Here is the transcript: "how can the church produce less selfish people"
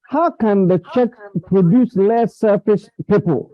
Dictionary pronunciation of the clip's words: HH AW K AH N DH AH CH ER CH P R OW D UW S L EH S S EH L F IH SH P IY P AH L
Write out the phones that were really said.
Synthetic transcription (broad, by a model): HH AW K AH N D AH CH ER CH P R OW D UW S L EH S S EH F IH S P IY P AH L